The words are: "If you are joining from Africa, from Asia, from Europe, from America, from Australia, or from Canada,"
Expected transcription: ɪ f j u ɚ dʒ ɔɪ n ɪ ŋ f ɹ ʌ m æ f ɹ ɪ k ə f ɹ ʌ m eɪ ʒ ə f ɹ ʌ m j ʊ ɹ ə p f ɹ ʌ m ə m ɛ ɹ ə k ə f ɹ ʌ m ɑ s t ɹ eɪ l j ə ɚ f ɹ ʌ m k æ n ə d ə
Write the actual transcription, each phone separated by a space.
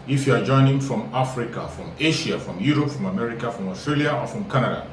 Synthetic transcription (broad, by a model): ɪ f j u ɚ dʒ ɔɪ n ɪ ŋ f ɹ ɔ m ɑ f ɹ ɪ k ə f ɹ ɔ m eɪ ʃ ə f ɹ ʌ m j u ɹ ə p f ɹ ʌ m ə m ɛ ɹ ə k ə f ɹ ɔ m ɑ s t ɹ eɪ l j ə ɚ f ɹ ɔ m k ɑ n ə d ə